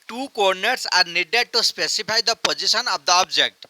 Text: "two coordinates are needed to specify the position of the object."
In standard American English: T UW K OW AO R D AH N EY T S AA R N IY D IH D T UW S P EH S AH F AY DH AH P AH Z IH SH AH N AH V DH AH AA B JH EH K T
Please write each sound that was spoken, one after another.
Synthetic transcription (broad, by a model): T UW K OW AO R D N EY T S AA R N IY D IH D T UW S P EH S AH P AY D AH P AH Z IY S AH N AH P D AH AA B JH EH K T